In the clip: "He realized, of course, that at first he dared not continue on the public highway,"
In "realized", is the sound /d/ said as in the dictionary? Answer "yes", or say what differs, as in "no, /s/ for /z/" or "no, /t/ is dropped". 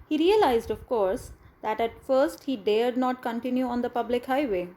yes